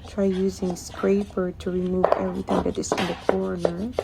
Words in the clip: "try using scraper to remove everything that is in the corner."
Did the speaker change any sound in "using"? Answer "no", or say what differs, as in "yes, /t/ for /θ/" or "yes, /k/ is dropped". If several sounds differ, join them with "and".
no